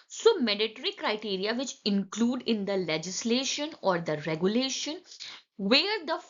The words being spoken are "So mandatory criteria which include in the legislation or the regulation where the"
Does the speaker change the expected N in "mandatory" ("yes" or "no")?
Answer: yes